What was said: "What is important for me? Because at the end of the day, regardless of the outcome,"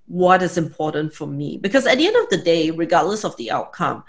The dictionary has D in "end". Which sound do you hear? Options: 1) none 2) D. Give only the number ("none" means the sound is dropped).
2